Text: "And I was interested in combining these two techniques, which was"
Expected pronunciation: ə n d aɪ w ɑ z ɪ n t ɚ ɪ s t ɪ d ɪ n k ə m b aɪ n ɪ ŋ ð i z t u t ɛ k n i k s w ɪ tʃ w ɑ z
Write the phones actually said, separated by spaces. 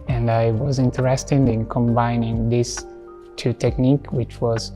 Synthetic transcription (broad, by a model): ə n d aɪ w ɑ z ɪ n t ɚ ɪ s t ɪ d ɪ n k ə m b aɪ n ɪ ŋ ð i s t u t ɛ k n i k w ɪ tʃ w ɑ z